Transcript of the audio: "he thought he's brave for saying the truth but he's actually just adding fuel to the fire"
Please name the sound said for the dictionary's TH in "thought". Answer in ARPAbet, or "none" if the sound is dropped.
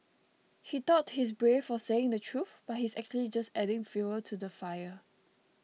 T